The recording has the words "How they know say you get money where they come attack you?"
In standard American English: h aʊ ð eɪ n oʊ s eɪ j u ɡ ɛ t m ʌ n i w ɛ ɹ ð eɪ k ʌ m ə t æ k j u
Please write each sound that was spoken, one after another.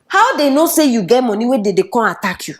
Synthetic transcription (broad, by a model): h aʊ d eɪ n oʊ s eɪ j u ɡ ɛ t m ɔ n i w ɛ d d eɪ k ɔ ə t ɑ k j u